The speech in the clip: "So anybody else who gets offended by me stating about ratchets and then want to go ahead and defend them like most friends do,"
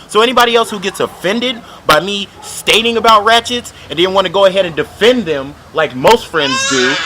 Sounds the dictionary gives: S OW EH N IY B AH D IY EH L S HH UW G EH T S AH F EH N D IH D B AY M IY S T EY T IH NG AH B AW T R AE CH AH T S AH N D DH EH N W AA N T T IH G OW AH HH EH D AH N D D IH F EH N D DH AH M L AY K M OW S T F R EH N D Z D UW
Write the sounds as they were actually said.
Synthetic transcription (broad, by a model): S OW EH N IY B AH D IY EH L S HH UW G EH T S AH F EH N D IH D B AY M IY S T EY T IH NG AH B AW T R AE CH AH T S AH N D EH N W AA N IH G OW AH HH EH D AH N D D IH F EH N DH AH M L AY K M OW S T F R EH N D Z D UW